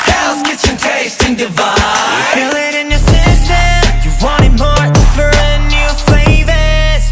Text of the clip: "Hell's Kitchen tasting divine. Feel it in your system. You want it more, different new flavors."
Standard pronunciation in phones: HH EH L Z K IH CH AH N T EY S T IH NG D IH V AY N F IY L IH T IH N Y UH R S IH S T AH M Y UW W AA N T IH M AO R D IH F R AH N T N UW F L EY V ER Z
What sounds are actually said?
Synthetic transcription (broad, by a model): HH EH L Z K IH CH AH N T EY S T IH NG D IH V AY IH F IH L IH T IH N Y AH R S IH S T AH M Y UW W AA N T IH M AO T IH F AH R N UW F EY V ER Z